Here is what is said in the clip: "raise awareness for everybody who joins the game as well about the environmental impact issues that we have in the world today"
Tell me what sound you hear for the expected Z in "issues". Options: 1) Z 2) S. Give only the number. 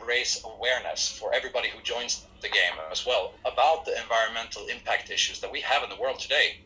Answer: 1